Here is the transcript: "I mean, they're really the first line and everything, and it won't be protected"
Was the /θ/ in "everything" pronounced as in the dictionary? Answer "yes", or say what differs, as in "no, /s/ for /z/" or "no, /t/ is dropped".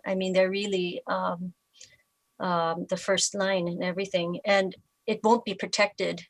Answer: yes